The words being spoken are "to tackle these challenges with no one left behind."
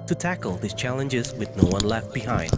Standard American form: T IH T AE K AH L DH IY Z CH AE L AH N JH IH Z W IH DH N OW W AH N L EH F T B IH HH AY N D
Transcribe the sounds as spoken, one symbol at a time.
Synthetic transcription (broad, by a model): T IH T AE K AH L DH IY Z CH AE L AH N JH IH Z W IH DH N OW W AH N L EH F T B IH HH AY N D